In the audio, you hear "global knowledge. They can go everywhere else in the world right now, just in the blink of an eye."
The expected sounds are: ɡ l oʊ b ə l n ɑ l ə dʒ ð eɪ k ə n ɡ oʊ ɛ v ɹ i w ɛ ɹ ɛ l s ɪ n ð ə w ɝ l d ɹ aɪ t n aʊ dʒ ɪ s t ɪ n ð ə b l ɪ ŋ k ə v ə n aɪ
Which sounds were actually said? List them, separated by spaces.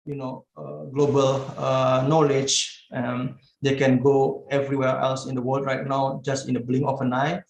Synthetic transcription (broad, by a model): ɡ l oʊ b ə l n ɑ l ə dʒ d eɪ k ə n ɡ oʊ ɛ v ɹ i w ɛ ɹ ɛ l s ɪ n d ə w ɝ l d ɹ aɪ t n aʊ dʒ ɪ s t ɪ n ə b l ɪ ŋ ə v ə n aɪ